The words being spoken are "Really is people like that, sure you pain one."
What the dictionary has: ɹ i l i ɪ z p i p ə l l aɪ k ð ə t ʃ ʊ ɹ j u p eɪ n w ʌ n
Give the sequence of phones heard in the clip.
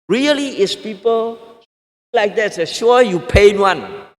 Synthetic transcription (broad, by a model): ɹ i l i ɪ s p i p ə l l aɪ k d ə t s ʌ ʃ j u p eɪ n w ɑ n